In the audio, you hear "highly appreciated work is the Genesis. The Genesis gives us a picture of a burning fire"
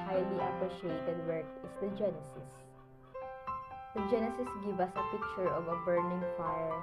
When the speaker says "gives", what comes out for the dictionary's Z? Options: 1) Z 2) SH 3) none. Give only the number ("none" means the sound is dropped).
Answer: 3